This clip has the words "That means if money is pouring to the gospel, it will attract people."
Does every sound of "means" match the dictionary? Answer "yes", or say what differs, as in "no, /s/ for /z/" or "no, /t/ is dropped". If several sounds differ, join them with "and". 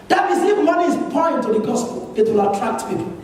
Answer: no, /n/ is dropped